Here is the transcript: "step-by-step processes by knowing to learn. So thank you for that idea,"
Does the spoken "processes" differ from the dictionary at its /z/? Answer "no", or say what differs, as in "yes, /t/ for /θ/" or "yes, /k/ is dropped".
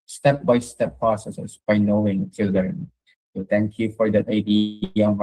yes, /s/ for /z/